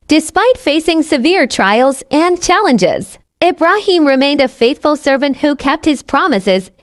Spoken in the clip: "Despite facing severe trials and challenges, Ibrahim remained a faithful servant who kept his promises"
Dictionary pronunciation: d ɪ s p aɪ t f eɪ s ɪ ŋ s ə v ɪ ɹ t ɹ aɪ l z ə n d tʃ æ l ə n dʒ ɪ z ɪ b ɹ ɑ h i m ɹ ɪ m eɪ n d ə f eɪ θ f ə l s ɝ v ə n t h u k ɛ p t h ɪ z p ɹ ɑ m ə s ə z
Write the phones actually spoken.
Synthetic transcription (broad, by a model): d ɪ s p aɪ t f eɪ s ɪ ŋ s ə v ɪ ɹ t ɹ aɪ l z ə n tʃ æ l ə n dʒ ɪ z ɪ b ɹ ɑ h i m ɹ ɪ m eɪ n d ə f eɪ θ f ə l s ɝ v ə n t h u k ɛ p t h ɪ z p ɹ ɑ m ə s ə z